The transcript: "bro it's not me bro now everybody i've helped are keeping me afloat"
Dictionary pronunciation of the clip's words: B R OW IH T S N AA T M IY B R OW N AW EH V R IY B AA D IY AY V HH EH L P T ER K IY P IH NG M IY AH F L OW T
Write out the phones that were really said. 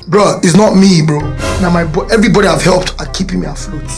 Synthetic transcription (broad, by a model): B R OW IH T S N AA T M IY B R OW N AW EH V R IY B AA D IY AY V HH EH L P T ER K IY P IH NG M IY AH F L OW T